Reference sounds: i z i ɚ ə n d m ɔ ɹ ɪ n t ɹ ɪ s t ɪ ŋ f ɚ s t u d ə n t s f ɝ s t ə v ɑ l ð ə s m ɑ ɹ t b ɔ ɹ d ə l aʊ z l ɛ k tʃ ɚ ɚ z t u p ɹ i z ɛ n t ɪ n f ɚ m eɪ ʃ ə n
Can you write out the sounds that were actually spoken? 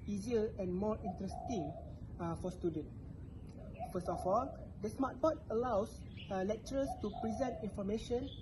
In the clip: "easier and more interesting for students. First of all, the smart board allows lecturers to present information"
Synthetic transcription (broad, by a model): i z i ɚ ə n m ɔ ɹ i n t ɹ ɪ s t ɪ ŋ f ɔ s t u d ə n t f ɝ s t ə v ɑ l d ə s m ɑ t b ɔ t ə l aʊ s l ɛ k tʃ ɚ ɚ s t u p ɹ i z ɛ n t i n f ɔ m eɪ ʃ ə n